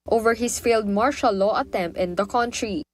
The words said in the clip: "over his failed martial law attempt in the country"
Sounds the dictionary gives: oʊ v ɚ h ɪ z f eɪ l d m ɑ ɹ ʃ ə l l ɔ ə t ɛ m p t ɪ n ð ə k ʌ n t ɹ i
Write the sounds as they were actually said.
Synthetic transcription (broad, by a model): oʊ v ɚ h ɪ s f eɪ l d m ɑ ɹ ʃ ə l l ɔ ə t ɛ m p t ɪ n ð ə k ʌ n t ɹ i